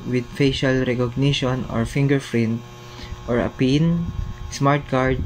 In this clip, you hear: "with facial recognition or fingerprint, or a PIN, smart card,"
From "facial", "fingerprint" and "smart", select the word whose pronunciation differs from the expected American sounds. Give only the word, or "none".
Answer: fingerprint